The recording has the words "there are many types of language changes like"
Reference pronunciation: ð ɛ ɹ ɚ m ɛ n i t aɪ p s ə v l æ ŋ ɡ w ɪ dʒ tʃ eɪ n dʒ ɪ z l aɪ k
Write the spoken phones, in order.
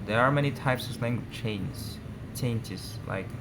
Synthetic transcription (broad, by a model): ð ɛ ɹ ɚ m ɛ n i t aɪ p s ə v l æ ŋ ɡ w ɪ tʃ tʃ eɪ n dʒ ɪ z l aɪ k